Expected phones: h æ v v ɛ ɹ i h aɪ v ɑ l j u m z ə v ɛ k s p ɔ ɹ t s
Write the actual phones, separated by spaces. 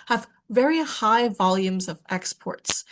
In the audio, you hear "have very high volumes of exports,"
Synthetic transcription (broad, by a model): h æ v v ɛ ɹ i h aɪ v ɑ l j u m z ə v ɛ k s p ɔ ɹ t s